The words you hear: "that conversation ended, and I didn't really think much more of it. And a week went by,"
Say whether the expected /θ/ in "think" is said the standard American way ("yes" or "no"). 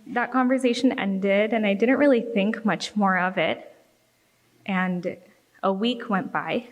yes